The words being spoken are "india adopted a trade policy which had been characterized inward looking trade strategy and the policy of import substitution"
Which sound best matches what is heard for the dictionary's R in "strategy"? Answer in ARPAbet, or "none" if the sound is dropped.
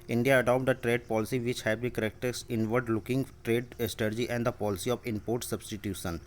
none